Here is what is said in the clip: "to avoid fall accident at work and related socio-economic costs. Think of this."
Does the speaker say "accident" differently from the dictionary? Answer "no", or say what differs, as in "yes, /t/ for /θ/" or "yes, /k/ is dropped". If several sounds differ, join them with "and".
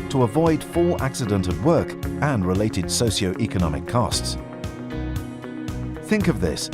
no